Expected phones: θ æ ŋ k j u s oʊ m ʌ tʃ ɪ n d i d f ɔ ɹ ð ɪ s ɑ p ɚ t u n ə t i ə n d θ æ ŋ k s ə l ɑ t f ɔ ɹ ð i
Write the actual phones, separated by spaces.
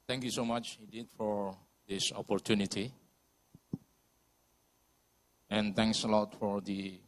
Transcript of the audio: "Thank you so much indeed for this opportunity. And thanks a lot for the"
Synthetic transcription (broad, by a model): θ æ ŋ k j u s oʊ m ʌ tʃ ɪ d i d f ɔ ɹ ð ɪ s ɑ p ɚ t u n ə t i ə n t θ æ ŋ k s ə l ɑ t f ɔ ɹ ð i